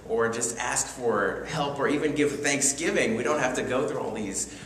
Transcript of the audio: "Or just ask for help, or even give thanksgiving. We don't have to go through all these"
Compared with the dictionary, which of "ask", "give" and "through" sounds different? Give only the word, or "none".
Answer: none